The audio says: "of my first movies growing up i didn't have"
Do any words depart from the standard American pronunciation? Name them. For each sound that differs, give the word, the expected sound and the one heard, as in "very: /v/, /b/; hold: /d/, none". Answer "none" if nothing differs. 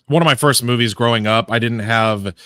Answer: none